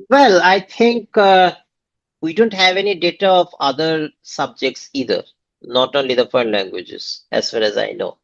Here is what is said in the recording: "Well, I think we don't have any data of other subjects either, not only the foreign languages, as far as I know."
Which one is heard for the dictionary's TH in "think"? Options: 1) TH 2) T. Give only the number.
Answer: 2